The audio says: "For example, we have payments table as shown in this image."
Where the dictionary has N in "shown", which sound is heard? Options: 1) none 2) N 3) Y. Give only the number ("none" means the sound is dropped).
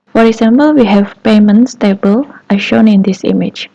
2